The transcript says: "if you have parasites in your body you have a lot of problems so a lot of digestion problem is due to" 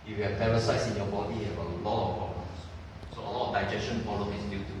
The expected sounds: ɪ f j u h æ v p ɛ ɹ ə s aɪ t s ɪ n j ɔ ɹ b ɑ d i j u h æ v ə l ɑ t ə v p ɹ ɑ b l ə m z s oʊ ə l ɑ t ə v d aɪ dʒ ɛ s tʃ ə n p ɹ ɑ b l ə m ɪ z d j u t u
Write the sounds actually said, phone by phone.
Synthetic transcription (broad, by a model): j u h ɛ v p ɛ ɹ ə s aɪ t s ɪ n j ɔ b ɑ d i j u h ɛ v ə l ɑ t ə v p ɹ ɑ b ə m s s oʊ ə l ɑ t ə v d aɪ dʒ ɛ s tʃ ə n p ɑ l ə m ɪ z d j u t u